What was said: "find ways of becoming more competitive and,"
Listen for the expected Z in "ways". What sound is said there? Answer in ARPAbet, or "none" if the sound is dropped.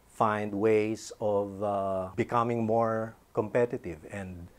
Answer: S